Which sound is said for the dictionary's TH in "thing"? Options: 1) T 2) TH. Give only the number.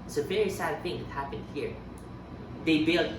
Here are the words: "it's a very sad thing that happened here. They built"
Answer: 2